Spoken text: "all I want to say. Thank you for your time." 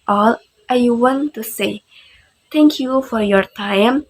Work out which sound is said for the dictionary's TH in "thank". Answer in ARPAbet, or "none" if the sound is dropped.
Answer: T